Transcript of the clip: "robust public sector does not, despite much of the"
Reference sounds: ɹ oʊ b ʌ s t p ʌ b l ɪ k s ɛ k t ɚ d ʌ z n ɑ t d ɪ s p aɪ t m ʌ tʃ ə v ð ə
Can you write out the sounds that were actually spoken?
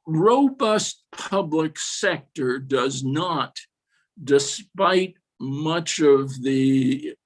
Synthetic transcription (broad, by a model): ɹ oʊ b ʌ s t p ʌ b l ɪ k s ɛ k t ɚ d ʌ z n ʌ t d ɪ s p aɪ t m ʌ tʃ ə v ð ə